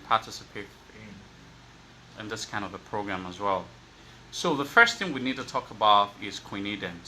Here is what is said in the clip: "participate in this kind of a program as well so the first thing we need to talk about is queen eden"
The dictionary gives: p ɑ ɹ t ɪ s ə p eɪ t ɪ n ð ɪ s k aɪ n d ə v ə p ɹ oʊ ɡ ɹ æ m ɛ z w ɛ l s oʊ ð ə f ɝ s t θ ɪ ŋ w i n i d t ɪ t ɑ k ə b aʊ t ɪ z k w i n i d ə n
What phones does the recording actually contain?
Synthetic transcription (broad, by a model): p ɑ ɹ t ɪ s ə p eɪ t ɪ n ð ɪ s k aɪ n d ə v ə p ɹ oʊ ɡ ɹ æ m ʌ z w ɛ l s oʊ ð ə f ɝ s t θ ɪ ŋ w i n i d t ɪ t ɑ k ə b aʊ t ɪ z k w i n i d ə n